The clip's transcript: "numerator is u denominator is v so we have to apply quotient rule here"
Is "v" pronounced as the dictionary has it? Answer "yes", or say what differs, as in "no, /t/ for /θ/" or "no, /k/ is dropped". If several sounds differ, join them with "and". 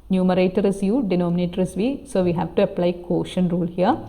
yes